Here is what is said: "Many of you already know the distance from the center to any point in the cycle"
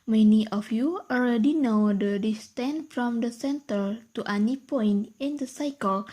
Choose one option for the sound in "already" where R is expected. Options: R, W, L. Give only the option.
L